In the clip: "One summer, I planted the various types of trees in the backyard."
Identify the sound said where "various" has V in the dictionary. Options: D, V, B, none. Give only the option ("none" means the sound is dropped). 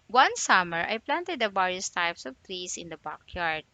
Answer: B